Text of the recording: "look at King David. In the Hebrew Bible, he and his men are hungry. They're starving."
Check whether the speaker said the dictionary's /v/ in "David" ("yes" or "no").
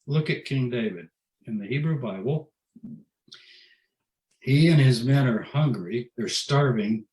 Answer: yes